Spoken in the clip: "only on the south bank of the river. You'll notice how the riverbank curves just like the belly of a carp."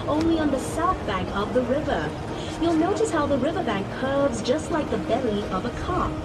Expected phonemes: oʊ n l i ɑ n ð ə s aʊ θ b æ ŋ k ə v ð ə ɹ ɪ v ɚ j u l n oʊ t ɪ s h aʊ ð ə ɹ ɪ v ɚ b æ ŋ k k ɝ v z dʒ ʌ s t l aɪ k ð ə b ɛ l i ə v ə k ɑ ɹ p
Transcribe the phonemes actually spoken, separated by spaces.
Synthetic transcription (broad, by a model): oʊ n l i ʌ n ð ə s aʊ θ b æ ŋ k ə v ð ə ɹ ɪ v ɚ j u l n oʊ t ɪ s h aʊ ð ə ɹ ɪ v ɚ b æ ŋ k k ɝ v z dʒ ʌ s t l aɪ k ð ə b ɛ l i ə v ə k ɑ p